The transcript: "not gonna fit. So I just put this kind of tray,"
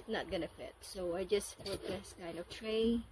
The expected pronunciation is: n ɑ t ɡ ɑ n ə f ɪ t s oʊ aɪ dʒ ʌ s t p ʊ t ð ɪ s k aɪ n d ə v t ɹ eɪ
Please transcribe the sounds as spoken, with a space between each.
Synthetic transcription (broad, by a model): n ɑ t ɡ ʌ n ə f ɪ t s oʊ aɪ dʒ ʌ s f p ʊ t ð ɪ s k aɪ n d ə v t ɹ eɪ